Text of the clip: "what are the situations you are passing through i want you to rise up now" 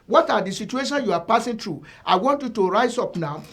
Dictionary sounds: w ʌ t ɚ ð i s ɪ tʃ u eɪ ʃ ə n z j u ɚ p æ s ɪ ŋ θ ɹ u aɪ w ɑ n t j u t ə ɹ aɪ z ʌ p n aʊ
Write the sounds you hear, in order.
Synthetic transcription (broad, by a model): w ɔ t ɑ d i s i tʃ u eɪ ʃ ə n j u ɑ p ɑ s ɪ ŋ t ɹ u aɪ w ɑ n t j u t ə ɹ aɪ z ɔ p n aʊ